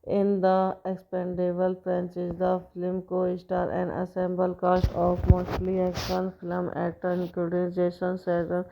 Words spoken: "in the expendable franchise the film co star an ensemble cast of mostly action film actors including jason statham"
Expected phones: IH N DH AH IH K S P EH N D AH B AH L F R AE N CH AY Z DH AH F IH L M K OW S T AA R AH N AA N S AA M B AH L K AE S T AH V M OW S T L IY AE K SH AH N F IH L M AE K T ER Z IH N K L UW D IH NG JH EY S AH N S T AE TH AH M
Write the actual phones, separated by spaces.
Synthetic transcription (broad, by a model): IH N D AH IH K S P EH N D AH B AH L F R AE N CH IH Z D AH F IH L M K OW S T AA R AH N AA S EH M B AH L K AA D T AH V M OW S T L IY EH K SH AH N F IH L M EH T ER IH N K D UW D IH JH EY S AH N S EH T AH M